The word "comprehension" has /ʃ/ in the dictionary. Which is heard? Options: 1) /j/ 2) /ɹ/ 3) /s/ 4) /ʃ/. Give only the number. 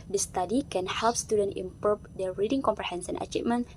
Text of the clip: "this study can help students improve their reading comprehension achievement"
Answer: 3